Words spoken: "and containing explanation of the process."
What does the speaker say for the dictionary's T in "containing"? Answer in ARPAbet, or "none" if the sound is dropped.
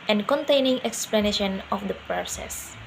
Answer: T